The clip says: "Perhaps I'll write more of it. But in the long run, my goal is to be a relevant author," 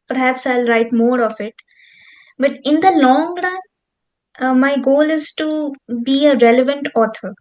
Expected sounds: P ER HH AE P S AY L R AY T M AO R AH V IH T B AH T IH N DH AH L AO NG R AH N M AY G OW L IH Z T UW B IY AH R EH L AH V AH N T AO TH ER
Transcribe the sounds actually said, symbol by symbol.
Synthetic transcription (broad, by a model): P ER HH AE P S AY L R AY T M AO R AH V IH T B AH T IH N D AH L AO NG R AH N M AY G OW L IH Z T UW B IY AH R EH L AH V AH N T AO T ER